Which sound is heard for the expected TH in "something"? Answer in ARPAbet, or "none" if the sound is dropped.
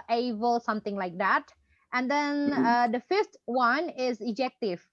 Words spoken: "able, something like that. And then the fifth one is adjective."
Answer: T